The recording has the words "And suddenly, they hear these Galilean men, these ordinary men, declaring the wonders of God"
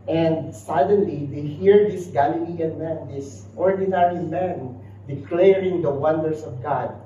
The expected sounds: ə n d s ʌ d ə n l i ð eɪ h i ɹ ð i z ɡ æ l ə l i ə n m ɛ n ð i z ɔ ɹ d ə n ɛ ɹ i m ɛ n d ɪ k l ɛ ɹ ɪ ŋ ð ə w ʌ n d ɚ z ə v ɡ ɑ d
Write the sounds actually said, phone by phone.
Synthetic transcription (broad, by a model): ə n d s ʌ d ə n l i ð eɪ h i ɹ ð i s ɡ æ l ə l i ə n m ɛ n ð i s ɔ ɹ d ə n ɛ ɹ i m ɛ n d ɪ k l ɛ ɹ ɪ ŋ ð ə w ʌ n d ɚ s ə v ɡ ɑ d